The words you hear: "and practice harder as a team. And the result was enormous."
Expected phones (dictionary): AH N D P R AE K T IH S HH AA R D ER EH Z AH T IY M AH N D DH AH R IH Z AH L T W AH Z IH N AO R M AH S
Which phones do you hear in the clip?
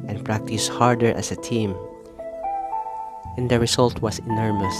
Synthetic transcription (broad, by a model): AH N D P R AE K T IH S HH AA R D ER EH S AH T IY M AH N D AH R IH S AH L T W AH S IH N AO R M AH S